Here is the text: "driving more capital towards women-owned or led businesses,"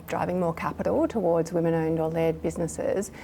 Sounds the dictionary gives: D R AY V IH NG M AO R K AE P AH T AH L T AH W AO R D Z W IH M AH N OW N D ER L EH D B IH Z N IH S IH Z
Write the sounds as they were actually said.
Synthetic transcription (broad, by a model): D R AY V IH NG M AO R K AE P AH T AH L T AH W AO R D Z W IH M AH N OW N D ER L EH D B IH Z N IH S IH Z